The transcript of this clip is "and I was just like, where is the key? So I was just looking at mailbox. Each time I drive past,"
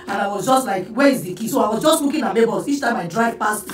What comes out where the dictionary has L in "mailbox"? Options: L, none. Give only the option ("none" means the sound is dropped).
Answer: none